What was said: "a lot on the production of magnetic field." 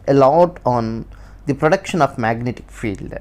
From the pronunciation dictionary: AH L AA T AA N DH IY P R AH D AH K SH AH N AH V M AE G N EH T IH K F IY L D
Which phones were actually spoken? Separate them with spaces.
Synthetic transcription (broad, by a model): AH L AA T AA N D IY P R AH D AH K SH AH N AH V M AE G N EH T IH K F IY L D